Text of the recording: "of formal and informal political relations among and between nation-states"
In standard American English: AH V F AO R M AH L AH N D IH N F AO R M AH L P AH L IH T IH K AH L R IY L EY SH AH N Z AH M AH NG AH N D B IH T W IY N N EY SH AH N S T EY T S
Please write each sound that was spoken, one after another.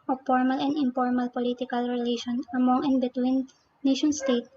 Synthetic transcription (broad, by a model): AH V F AO R M AH L AH N D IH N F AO R M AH L P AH L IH T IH K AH L R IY L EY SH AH N AH M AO NG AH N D B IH T W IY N N EY SH AH N S T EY T